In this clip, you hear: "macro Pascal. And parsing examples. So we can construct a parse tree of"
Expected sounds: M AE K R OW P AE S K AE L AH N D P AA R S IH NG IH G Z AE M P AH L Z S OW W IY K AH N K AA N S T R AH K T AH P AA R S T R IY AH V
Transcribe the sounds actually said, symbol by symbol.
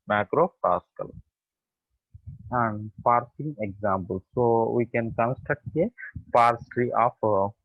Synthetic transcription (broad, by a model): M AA K R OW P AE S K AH L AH N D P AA R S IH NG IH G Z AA M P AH L S OW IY K AH N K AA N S T AH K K AH P AA R S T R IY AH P